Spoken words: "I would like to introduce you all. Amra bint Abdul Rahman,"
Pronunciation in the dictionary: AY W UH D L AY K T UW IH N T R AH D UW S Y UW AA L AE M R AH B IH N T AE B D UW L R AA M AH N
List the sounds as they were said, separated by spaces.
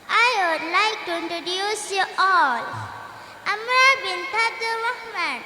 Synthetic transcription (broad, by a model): AY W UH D L AY K T UW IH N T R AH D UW S Y UW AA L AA M R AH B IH N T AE D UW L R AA M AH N